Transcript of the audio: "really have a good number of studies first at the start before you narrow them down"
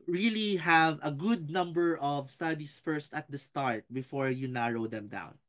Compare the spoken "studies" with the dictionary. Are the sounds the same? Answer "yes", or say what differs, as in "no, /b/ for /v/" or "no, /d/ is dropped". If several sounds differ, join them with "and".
no, /s/ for /z/